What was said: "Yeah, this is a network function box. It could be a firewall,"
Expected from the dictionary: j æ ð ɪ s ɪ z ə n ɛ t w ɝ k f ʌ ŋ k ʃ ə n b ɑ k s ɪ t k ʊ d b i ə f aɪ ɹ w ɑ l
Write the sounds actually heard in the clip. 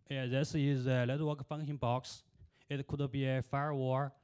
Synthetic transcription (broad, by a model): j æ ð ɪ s ɪ z ə l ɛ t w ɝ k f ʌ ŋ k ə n b ɑ k s ɪ t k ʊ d b i ə f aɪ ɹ w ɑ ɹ